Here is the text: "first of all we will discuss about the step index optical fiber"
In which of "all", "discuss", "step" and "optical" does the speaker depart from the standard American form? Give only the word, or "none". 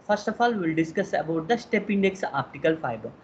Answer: none